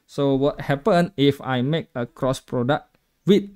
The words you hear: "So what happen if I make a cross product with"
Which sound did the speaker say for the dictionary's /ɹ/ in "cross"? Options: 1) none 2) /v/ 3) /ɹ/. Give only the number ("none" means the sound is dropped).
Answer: 3